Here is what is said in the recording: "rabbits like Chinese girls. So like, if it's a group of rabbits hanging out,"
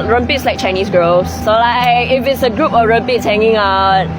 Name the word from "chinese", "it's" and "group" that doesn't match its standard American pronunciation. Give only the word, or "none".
chinese